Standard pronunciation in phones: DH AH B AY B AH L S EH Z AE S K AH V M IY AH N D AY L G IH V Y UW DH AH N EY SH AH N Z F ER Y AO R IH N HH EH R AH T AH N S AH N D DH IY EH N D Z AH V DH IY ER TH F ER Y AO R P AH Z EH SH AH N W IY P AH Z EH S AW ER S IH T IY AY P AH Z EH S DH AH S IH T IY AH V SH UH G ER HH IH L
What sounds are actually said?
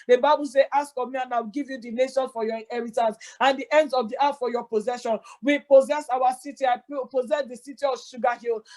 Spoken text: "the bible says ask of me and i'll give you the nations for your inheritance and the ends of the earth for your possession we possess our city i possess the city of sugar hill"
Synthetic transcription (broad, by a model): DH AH B AY B AH L S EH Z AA S K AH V M IY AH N AY W G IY V Y UW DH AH N EY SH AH N F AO Y AO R IH N HH EH R AH T AH N S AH N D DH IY EH N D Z AH V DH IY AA T F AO Y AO P AH Z EH SH AH N W IY P AH Z EH S AW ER S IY T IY AY P AH Z EH S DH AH S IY T IY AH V SH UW G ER HH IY L